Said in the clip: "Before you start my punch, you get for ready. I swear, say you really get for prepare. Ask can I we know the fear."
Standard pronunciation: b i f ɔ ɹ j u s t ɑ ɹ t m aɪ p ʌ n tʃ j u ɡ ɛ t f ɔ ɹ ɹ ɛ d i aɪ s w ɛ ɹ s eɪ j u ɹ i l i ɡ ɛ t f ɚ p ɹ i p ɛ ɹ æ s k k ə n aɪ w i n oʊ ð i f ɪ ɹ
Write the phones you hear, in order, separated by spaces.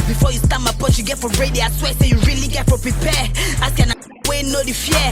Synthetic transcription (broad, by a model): b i f ɔ j u s t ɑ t m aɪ p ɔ tʃ j u ɡ ɛ t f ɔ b ɹ ɛ d i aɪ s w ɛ s eɪ j u ɹ i l i ɡ ɛ t f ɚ p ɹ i p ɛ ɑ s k k ə n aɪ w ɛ n oʊ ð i f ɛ